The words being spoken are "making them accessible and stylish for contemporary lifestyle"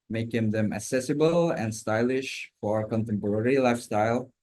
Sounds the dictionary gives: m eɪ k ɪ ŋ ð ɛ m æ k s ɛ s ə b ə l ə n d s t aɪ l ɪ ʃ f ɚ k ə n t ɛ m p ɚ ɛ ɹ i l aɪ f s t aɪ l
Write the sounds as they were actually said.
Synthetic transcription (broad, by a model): m eɪ k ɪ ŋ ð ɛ m æ k s ɛ s ə b ə l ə n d s t aɪ l ɪ ʃ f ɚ k ə n t ɛ m p ɚ ɛ ɹ i l aɪ f s t aɪ l